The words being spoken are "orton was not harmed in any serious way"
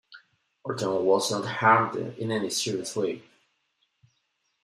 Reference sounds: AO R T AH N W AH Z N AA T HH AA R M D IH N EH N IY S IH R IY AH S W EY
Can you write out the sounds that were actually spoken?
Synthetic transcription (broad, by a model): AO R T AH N W AH Z N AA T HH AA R D IH N EH N IY S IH R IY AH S W EY